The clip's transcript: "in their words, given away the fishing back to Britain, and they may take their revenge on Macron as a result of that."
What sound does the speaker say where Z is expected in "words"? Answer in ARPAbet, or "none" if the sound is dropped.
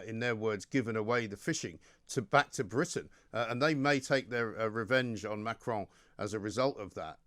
Z